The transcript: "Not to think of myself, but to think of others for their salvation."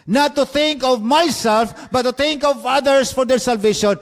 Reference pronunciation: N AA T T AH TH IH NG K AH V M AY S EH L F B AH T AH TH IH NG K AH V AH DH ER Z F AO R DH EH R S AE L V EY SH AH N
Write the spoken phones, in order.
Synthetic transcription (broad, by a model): N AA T T AH TH IH NG K AH V M AY S EH L F B AH T AH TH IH NG K AH V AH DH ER S F AO R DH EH R S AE L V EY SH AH N